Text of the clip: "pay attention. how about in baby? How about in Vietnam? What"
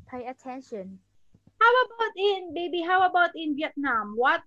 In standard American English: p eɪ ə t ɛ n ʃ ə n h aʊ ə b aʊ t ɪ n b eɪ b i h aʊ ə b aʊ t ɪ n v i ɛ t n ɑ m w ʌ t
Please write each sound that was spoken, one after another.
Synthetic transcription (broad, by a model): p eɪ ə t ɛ n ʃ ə n h aʊ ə b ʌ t ɪ n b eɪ b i h aʊ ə b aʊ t ɪ n w i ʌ t n ɑ m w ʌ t